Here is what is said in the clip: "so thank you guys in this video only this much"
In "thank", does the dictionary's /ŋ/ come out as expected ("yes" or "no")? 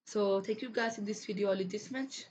no